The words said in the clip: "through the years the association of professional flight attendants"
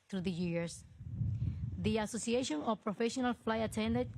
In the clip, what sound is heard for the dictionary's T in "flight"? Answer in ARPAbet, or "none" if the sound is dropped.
none